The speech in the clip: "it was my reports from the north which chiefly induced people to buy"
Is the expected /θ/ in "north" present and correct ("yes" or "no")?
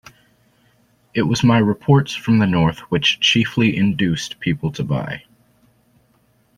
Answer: yes